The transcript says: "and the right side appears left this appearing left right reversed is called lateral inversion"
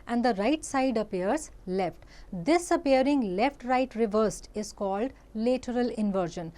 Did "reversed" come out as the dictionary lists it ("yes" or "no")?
yes